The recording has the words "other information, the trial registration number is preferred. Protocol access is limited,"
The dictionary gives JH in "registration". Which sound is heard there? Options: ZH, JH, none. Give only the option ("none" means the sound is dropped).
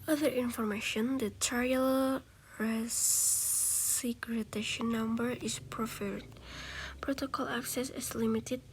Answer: none